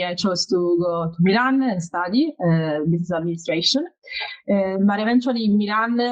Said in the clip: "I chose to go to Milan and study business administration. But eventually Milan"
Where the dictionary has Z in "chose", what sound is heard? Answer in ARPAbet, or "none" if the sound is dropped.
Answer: S